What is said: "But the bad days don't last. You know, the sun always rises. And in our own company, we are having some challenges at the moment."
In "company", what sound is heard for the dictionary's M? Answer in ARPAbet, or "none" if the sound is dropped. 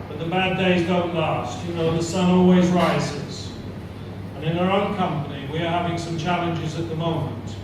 M